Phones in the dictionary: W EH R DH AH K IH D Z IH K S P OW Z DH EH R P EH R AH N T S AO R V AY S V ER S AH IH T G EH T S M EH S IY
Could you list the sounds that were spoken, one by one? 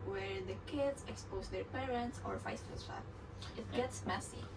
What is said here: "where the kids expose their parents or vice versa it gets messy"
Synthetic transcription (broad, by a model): W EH R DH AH K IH D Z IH K S P OW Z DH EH R P EH R AH N T S AO R F AY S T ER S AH IH T G EH T S M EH S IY